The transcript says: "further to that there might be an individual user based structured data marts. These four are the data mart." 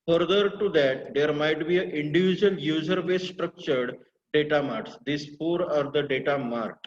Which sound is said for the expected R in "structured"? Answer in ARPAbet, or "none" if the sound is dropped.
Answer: R